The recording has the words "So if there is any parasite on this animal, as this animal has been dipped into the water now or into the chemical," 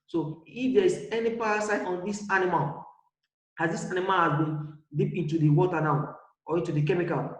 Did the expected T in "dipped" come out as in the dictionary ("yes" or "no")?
no